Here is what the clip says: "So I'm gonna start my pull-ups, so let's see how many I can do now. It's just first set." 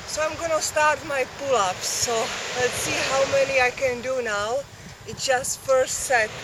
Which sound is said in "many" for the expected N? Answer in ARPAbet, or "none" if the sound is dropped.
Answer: N